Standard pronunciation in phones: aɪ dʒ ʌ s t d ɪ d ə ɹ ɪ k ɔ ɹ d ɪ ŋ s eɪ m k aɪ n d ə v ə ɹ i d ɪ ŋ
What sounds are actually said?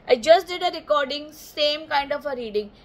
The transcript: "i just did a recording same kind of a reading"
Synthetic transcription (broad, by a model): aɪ dʒ ʌ s t d ɪ d ə ɹ ɪ k ɔ ɹ d ɪ ŋ s eɪ m k aɪ n d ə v ə ɹ i d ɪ ŋ